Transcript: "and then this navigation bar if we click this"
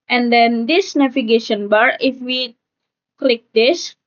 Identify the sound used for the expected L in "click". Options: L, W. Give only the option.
L